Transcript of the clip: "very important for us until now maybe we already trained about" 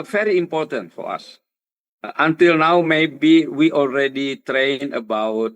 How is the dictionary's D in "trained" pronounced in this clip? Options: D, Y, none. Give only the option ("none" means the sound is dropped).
none